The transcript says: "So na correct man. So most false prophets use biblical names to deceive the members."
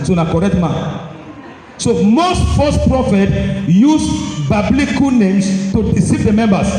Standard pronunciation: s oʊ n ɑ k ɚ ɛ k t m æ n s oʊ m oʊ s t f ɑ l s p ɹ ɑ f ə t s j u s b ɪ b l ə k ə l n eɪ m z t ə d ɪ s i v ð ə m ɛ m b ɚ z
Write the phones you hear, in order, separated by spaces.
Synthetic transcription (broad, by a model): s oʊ n ɑ k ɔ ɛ k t m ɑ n s oʊ m oʊ s t f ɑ s p ɹ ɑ f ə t j u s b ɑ b l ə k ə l n eɪ m s t ə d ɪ s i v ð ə m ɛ m b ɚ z